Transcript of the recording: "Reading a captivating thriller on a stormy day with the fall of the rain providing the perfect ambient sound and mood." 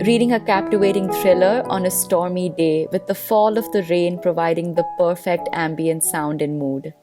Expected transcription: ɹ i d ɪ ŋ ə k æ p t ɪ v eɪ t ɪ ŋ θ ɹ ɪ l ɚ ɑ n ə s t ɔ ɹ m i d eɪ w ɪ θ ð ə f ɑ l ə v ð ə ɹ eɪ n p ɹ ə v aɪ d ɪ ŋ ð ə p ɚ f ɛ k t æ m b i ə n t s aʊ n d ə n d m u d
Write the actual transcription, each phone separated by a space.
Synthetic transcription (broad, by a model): ɹ i d ɪ ŋ ə k æ p t ɪ v eɪ t ɪ ŋ t ɹ ɪ l ɚ ɑ n ə s t ɔ ɹ m i d eɪ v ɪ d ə f ɑ l ə v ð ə ɹ eɪ n p ɹ ə v aɪ d ɪ ŋ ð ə p ɚ f ɛ k t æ m b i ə n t s aʊ n d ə n m u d